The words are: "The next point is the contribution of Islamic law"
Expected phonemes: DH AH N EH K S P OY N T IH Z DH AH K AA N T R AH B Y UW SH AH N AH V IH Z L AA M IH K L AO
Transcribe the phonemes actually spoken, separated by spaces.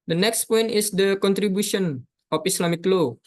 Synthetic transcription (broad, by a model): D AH N EH K S P OY N T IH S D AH K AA N T R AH B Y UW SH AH N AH F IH S L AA M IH K L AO